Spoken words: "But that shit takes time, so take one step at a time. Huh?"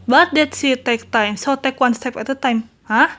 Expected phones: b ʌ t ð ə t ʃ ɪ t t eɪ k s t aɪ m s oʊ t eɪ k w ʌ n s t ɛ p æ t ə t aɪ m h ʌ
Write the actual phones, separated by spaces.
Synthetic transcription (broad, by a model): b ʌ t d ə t s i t t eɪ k t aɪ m s oʊ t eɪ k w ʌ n s t ɛ p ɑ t ə t aɪ m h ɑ